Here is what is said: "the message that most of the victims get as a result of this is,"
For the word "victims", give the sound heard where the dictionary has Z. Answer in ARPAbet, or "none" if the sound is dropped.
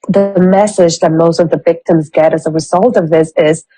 Z